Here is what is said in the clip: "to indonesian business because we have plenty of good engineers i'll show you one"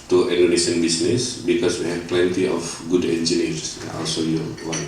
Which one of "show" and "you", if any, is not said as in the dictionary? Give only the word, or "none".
show